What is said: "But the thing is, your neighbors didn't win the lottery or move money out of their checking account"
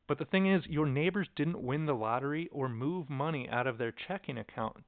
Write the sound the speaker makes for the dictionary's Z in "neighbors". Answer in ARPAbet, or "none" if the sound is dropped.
Z